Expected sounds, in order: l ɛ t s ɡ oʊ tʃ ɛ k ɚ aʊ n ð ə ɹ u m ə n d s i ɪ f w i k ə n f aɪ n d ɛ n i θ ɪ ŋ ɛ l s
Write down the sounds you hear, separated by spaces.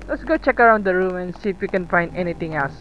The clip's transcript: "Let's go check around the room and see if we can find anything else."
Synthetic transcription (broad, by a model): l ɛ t s ɡ oʊ tʃ ɛ k ɚ aʊ n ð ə ɹ u m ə n s i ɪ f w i k ə n f aɪ n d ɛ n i t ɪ ŋ ɛ l s